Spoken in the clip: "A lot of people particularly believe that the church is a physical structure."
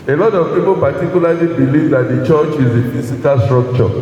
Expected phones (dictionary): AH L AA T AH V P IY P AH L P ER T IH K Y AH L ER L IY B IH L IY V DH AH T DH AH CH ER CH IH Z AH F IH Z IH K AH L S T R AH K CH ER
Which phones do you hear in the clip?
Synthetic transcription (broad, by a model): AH L AA T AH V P IY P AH P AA T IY K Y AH L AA L IY B IH L IY V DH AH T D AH CH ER CH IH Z AH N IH S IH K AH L S T R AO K CH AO